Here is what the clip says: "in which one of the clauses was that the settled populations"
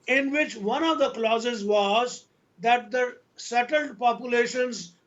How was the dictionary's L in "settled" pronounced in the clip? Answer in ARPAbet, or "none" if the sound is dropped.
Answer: L